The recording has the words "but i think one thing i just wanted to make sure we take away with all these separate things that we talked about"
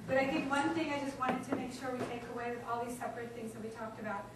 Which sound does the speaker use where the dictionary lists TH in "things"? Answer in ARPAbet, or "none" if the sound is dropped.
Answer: TH